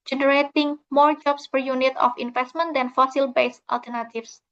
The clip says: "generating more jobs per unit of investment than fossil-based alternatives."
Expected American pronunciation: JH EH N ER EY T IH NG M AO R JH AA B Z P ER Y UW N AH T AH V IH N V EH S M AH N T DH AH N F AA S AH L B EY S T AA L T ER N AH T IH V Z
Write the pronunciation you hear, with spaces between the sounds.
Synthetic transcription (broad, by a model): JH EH N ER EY T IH NG M AO R JH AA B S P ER Y UW N AH T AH F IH N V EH S M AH N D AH N F AA S AH L B EY S T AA L T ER N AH T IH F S